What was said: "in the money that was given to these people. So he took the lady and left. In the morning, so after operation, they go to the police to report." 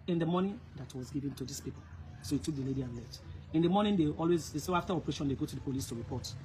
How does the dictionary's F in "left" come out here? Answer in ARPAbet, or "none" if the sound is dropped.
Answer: none